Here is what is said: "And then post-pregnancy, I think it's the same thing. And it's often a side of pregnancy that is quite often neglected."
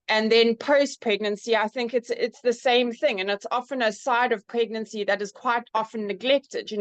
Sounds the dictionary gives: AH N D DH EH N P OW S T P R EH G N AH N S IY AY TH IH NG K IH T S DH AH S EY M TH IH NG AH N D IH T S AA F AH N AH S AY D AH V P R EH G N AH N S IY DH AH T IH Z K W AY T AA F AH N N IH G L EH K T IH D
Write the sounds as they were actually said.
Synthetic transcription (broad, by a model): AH N DH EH N P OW S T P R EH G N AH N S IY AY TH IH NG K IH T S DH AH S EY M TH IH NG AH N IH T S AA F AH N AH S AY D AH V P R EH G N AH N S IY DH AH T IH Z K W AY T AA F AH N N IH G L EH K T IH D